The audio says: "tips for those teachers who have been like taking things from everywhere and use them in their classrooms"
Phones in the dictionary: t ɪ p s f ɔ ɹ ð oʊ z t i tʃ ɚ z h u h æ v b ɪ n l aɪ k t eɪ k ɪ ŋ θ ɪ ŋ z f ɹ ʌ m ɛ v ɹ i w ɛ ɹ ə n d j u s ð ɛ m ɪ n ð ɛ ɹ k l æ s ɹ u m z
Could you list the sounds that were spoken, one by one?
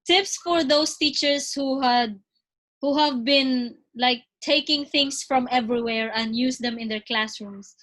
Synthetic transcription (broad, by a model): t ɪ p s f ɔ ɹ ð oʊ s t i tʃ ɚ s h u h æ v b ɪ n l aɪ k t eɪ k ɪ ŋ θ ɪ ŋ s f ɹ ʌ m ɛ v ɹ i w ɛ ɹ ə n d j u s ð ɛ m ɪ n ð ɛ ɹ k l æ s ɹ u m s